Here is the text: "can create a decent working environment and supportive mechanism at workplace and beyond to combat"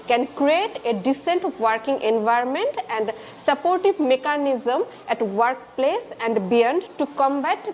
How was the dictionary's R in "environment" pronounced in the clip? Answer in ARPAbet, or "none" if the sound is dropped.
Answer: R